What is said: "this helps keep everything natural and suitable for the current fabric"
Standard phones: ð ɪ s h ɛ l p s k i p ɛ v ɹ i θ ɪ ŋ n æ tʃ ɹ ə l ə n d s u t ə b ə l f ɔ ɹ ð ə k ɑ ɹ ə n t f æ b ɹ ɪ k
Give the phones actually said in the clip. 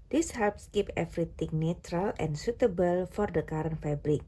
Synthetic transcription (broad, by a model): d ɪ s h ɛ l p s k i p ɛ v ɹ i t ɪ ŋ n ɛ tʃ ɹ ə l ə n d s u t ə b ə l f ɔ ɹ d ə k ɑ ɹ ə n f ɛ b ɹ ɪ k